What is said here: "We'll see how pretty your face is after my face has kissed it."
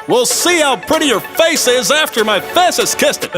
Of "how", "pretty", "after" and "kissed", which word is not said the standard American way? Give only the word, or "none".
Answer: none